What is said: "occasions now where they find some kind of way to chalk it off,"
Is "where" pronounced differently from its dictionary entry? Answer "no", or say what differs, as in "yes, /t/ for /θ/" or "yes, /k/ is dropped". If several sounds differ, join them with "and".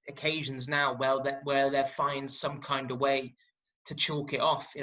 yes, /l/ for /ɹ/